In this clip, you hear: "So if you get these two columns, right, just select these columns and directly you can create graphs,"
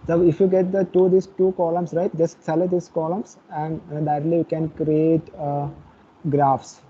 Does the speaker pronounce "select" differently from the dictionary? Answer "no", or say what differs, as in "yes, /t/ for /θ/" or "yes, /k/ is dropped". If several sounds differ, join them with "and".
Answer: yes, /k/ is dropped